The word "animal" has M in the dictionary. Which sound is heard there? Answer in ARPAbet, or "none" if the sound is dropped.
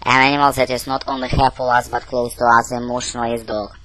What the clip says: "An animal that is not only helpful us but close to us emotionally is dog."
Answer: M